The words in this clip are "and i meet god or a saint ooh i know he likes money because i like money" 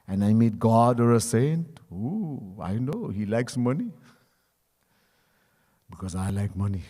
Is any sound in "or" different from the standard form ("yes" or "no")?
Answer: no